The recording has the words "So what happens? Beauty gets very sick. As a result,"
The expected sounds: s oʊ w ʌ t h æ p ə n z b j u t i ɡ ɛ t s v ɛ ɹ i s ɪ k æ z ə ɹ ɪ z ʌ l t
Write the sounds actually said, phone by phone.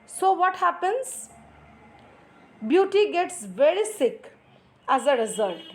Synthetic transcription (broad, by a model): s oʊ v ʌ t h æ p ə n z b j u t i ɡ ɛ t s v ɛ ɹ i s ɪ k æ z ə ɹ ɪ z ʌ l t